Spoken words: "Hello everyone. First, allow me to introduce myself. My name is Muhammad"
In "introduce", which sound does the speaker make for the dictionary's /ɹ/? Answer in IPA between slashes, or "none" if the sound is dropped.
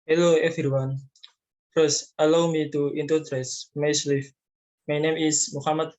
none